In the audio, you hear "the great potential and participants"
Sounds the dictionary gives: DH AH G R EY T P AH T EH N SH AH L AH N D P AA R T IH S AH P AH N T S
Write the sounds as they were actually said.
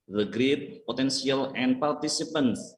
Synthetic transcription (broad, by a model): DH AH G R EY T P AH T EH N S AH L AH N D P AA R T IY S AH P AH N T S